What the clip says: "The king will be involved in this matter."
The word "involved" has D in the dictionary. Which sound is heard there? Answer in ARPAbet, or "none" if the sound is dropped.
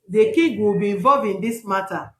none